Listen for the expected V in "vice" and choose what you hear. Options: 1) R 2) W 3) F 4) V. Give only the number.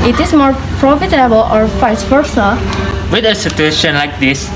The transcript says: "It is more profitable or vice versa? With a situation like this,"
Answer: 3